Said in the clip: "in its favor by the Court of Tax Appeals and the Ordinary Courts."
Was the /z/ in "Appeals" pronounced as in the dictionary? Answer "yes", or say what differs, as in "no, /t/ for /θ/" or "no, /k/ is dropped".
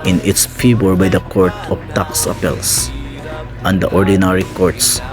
no, /s/ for /z/